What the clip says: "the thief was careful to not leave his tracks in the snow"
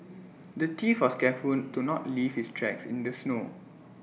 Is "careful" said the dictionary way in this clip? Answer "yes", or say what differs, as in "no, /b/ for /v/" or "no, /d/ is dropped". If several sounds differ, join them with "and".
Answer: no, /n/ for /l/